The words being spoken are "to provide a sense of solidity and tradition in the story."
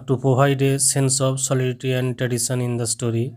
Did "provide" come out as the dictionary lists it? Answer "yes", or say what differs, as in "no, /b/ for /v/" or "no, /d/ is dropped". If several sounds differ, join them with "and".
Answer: no, /ɹ/ is dropped